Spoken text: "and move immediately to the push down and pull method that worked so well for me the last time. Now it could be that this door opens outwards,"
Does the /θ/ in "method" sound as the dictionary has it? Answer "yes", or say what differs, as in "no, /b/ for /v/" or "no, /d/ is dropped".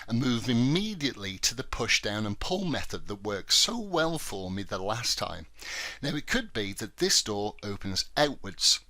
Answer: yes